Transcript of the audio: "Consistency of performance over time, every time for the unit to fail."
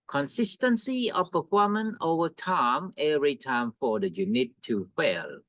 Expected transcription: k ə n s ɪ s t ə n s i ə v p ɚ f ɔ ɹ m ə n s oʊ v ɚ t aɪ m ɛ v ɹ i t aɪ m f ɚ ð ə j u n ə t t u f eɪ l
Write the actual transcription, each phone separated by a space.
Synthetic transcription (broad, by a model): k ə n s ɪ s t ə n s i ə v p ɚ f ɔ m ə n oʊ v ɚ t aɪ m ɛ ɹ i t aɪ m f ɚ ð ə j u n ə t t u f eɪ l